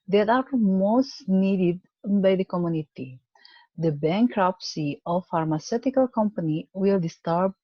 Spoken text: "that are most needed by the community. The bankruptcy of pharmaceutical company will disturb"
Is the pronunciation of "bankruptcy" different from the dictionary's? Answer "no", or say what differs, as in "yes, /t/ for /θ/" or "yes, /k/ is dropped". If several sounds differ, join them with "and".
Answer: no